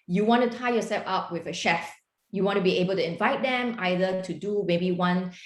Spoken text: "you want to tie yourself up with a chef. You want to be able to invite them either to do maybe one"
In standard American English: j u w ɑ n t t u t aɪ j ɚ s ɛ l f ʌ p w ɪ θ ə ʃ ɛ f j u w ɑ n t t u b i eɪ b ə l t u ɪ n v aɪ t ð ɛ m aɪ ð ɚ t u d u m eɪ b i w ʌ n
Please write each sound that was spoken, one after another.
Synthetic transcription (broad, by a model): j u w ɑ n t t u t aɪ j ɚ s ɛ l f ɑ p w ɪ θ ə ʃ ɛ f j u w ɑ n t t u b i eɪ b ə l t u ɪ n v aɪ t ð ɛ m aɪ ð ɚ t u d u m eɪ b i w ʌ n